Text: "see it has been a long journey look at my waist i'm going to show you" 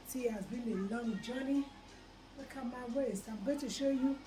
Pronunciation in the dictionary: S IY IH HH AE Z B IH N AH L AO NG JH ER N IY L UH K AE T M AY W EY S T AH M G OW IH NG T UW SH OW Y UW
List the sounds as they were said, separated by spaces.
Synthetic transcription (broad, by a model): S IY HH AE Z B IH N AH L AO NG JH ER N IY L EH K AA M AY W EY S AH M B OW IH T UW SH OW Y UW